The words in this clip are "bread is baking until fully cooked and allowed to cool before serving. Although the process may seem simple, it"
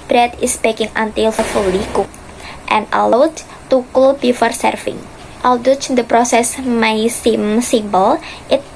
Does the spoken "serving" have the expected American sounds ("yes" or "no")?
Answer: no